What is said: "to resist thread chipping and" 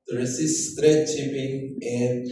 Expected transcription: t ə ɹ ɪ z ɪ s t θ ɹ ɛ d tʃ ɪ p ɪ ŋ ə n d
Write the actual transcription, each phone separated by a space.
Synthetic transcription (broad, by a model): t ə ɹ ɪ s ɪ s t ɹ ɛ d tʃ ɪ p ɪ ŋ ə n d